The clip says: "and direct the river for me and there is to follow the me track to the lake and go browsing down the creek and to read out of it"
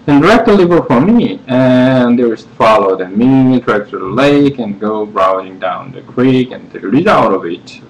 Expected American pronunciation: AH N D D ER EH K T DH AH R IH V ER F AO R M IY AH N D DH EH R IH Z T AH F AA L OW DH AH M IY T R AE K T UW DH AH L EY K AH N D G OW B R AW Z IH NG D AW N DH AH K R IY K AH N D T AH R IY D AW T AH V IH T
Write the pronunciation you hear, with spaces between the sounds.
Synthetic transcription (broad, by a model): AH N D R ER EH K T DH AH L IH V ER F AO R M IY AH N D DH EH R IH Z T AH F AA L OW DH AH M IY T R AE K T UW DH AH L EY K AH N G OW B R AW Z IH NG D AW N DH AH K R IY K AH N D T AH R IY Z AW T AH V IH T